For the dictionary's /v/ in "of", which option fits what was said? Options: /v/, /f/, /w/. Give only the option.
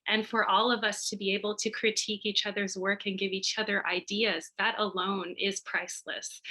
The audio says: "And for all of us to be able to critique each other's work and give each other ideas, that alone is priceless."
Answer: /v/